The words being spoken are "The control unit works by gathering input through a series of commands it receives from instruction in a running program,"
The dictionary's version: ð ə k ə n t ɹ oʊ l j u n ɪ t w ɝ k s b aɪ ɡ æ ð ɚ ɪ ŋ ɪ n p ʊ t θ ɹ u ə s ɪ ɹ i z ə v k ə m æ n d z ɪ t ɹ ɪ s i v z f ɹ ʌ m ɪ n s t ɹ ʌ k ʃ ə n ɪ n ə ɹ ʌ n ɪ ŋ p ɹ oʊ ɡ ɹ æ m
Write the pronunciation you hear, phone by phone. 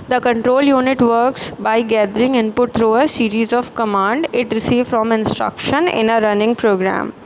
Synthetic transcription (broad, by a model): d ə k ə n t ɹ oʊ l j u n ɪ t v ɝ k s b aɪ ɡ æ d ɚ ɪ ŋ ɪ n p ʊ t t ɹ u ə s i ɹ i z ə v k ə m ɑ n d ɪ t ɹ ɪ s i v f ɹ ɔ m ɪ n s t ɹ ʌ k ʃ ə n ɪ n ə ɹ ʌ n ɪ ŋ p ɹ oʊ ɡ ɹ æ m